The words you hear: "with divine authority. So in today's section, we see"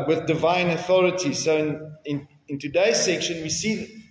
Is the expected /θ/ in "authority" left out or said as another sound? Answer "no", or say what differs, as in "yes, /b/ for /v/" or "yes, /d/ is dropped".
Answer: no